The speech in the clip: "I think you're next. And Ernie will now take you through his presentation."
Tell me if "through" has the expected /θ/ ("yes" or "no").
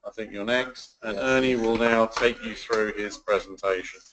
yes